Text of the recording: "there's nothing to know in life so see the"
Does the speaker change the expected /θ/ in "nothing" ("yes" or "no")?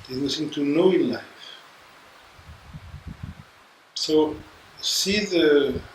yes